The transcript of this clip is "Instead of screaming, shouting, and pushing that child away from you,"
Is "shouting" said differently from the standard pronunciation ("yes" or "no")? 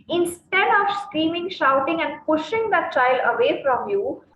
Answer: no